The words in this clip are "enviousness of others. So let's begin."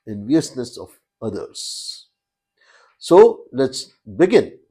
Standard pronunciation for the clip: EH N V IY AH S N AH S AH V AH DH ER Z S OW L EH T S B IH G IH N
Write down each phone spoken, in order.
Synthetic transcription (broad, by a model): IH N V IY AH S N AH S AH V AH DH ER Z S OW L EH T S B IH G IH N